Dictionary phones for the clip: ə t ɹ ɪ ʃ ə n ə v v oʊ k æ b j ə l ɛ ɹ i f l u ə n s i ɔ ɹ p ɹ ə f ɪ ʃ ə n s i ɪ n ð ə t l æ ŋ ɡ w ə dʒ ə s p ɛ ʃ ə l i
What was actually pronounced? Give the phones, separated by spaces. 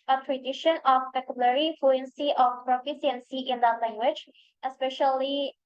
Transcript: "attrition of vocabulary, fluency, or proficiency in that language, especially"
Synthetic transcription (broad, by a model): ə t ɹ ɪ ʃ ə n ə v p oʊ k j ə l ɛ ɹ i f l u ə n s i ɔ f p ɹ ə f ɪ s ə n s i ɪ n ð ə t l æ ŋ ɡ w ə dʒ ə s p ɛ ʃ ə l i